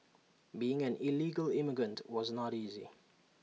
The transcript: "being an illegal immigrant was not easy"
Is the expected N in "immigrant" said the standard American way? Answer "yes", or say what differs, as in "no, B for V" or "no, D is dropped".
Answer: yes